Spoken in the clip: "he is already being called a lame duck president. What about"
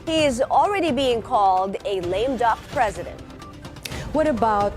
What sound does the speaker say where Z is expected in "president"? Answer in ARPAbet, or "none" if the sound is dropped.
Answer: Z